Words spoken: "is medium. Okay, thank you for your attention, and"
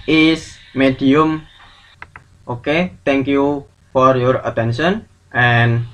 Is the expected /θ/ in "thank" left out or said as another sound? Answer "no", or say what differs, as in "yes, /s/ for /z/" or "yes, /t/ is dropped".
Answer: yes, /t/ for /θ/